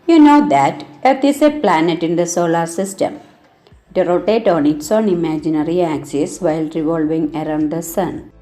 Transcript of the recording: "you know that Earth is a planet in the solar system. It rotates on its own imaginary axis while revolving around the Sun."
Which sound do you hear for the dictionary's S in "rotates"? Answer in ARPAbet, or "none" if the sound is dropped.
none